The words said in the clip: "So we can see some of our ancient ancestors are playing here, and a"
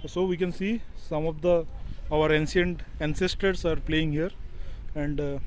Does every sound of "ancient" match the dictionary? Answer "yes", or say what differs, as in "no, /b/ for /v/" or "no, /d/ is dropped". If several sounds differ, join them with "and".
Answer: no, /s/ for /ʃ/